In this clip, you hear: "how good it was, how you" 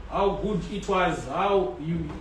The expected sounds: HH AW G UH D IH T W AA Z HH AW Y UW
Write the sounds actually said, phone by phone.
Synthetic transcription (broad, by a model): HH AW G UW D IH T W AA Z HH AW Y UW